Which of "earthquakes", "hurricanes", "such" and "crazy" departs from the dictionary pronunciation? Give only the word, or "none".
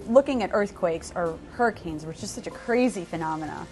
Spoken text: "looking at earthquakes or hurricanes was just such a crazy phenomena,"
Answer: none